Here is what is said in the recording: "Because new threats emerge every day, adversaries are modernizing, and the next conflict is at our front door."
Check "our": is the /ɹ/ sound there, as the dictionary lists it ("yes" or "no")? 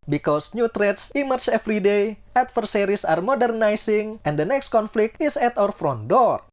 yes